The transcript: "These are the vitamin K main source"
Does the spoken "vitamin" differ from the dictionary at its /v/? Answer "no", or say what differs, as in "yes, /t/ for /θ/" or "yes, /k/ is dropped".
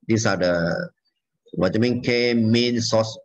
yes, /w/ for /v/